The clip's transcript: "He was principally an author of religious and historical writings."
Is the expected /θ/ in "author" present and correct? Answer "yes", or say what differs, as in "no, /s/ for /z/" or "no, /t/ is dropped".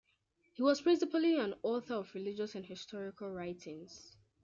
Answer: yes